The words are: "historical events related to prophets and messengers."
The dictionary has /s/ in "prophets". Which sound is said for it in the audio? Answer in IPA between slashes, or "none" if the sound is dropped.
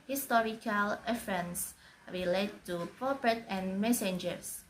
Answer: none